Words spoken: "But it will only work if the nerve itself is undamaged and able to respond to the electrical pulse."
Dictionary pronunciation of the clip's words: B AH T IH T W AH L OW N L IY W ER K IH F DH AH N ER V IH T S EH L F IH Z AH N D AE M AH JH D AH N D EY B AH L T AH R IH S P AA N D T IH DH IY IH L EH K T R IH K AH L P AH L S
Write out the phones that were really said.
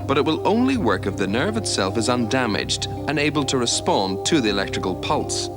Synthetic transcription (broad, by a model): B AH T IH T W AH L OW N L IY W ER K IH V DH AH N ER V IH T S EH L F IH Z AH N D AE M AH JH D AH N EY B AH L T AH R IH S P AA N T IH DH IY IH L EH K T R IH K AH L P AH L S